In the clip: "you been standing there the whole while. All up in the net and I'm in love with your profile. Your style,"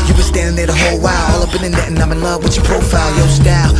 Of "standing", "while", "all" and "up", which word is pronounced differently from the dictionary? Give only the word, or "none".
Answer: up